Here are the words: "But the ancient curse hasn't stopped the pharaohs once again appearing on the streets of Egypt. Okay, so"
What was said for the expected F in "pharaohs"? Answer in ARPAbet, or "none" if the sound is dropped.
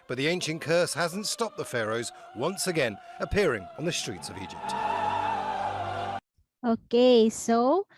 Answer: F